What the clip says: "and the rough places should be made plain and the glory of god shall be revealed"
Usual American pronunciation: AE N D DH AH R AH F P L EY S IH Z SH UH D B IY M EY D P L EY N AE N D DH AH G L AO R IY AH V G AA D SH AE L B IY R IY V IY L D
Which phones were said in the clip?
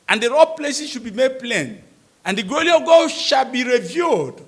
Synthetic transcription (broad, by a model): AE N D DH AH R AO P L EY S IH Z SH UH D B IY M EY D P L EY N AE N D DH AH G AO L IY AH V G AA SH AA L B IY R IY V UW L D